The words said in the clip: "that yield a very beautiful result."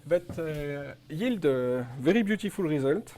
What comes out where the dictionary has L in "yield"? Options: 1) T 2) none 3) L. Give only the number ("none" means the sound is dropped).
3